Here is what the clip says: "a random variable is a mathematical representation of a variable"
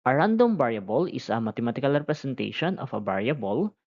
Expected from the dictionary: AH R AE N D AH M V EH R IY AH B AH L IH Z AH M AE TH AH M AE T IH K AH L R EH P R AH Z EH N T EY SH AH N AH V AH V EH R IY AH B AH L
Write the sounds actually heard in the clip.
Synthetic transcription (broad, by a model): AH R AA N D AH M B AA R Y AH B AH L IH S AH M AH T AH M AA T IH K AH L R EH P R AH S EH N T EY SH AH N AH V AH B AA R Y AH B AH L